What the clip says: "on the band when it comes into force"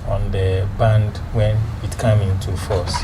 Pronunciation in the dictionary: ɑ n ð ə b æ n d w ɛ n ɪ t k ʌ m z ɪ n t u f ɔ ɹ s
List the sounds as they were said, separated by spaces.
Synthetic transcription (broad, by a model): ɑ n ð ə b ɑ n d w ɛ n ɪ t k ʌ m ɪ n t u f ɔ s